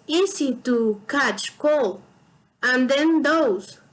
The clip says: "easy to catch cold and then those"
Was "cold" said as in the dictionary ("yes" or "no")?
no